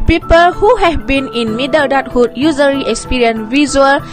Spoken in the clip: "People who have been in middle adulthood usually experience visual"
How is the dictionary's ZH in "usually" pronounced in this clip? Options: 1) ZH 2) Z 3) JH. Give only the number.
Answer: 2